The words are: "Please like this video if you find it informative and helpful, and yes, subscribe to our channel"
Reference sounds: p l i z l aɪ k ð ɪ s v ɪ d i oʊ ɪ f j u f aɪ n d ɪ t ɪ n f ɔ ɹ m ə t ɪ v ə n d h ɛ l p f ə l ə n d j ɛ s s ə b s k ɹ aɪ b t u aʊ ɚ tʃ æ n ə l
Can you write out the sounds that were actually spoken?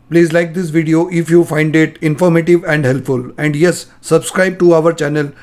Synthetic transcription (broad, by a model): p l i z l aɪ k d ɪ s v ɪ d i oʊ ɪ f j u f aɪ n d ɪ t ɪ n f ɔ ɹ m ə t ɪ v ə n d h ɛ l p f ə l ə n d j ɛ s s ə b s k ɹ aɪ b t u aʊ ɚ tʃ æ n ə l